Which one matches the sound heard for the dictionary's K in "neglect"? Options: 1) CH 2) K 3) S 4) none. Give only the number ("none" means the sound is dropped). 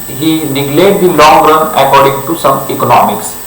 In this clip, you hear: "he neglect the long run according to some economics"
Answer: 4